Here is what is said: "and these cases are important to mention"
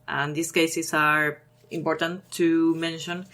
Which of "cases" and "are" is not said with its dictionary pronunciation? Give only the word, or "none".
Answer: cases